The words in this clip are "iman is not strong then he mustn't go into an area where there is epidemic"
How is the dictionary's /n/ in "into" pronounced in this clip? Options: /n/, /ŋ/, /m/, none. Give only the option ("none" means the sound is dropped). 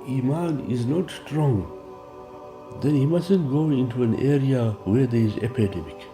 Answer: /n/